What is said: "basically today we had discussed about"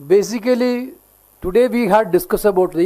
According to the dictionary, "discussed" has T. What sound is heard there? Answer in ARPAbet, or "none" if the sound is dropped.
none